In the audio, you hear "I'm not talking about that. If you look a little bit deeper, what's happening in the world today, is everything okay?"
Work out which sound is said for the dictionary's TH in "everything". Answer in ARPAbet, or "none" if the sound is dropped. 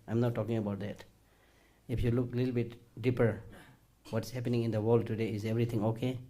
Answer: T